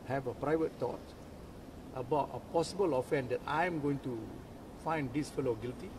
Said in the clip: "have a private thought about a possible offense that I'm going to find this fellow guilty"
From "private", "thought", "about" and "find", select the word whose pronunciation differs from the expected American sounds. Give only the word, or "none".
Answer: thought